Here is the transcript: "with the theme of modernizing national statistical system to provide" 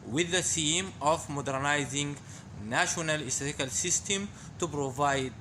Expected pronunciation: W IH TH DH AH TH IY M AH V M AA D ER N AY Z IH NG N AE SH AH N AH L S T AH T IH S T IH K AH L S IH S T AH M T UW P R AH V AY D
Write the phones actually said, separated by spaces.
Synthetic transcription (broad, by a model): W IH DH AH S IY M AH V M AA D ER N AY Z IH NG N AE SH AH N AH L S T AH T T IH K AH L S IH S T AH M T UW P R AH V AY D